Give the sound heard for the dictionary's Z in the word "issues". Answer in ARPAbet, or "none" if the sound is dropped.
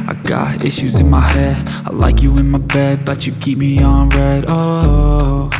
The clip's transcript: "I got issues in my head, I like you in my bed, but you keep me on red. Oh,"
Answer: Z